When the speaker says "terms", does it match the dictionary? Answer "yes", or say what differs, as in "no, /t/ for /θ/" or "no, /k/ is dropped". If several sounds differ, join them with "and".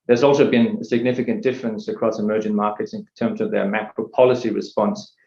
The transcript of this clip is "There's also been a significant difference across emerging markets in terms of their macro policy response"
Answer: yes